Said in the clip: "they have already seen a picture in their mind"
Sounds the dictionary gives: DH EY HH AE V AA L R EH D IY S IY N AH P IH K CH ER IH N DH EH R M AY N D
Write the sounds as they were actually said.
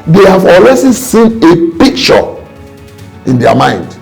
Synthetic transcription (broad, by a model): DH EY HH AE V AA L W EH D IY S IY N AH P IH K CH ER IH N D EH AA M AY N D